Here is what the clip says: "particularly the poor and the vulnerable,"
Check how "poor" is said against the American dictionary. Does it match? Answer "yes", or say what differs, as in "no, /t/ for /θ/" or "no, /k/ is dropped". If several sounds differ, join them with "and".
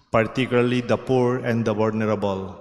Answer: yes